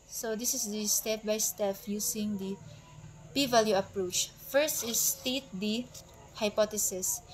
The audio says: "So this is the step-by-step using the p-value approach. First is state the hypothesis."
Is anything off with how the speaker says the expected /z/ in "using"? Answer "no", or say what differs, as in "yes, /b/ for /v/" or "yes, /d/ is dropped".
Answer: yes, /s/ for /z/